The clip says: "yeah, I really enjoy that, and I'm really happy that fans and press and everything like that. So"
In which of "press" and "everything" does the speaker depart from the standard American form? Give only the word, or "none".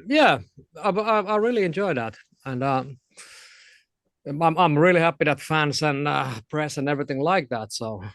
none